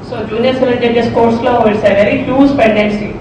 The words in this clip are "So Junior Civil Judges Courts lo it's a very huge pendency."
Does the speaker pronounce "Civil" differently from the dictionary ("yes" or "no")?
yes